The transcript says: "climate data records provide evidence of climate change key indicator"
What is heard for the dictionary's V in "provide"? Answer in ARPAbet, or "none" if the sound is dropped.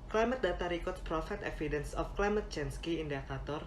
F